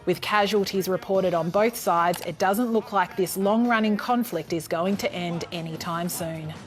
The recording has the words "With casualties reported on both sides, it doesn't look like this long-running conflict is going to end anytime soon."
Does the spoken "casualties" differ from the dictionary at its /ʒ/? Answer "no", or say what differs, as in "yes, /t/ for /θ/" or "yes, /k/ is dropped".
no